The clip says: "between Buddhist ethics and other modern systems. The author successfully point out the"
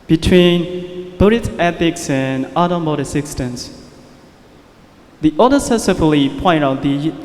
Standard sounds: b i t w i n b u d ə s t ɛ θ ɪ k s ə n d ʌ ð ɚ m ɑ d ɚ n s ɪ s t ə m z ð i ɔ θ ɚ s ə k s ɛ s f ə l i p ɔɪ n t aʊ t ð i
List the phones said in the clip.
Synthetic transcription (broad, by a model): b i t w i n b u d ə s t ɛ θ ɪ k s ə n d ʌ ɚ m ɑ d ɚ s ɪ s t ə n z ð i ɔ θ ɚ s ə s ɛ f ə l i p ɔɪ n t aʊ t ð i